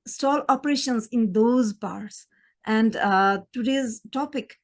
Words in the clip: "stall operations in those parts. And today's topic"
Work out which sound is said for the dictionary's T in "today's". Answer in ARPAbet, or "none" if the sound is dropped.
T